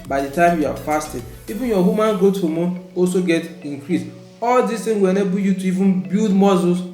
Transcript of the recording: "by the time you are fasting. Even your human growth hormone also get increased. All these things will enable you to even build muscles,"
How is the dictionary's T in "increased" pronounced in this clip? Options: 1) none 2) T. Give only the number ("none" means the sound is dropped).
1